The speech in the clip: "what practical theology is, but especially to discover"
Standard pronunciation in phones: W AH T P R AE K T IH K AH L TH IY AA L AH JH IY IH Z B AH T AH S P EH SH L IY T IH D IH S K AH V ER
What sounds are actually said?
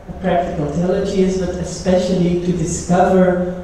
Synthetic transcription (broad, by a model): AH P R AE K T IH K AH L T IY L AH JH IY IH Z B AH T AH S P EH SH L IY T IH D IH S K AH V ER